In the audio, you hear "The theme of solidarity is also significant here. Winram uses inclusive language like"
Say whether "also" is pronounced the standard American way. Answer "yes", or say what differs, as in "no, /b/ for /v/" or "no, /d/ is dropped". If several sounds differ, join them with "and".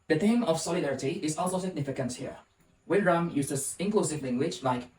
yes